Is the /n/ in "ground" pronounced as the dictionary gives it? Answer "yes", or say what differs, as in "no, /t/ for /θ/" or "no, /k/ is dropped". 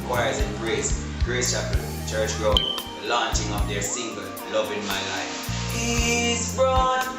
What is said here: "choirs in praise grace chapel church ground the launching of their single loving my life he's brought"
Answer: no, /n/ is dropped